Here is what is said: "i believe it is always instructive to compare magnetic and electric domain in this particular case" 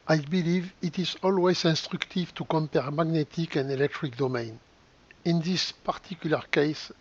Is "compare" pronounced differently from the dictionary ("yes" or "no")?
no